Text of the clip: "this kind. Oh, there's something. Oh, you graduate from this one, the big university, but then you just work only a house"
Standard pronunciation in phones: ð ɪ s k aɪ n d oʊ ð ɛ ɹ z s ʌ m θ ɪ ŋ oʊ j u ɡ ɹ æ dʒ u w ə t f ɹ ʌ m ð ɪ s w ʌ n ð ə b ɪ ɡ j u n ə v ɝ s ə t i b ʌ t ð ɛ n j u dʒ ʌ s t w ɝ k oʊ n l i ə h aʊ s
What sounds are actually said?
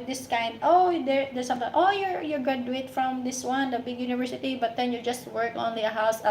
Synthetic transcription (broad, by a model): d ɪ s k aɪ n d oʊ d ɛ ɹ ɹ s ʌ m t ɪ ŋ oʊ j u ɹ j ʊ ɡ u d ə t f ɹ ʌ m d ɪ s w ʌ n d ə b ɪ ɡ j u n ə v ɝ s ə t i b ʌ t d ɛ n j u dʒ ʌ s t w ɝ k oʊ n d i ə h aʊ s